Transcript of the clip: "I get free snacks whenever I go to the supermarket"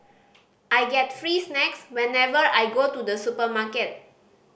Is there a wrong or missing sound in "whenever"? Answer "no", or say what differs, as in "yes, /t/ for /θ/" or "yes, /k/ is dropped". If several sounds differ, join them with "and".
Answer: no